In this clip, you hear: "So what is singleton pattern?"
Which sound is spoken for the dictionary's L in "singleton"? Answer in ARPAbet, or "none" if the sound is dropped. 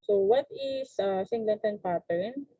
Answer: N